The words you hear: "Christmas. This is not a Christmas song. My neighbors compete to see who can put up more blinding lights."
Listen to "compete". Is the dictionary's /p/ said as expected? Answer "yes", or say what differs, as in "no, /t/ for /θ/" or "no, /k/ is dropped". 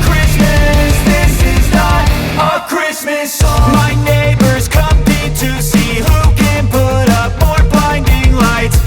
no, /p/ is dropped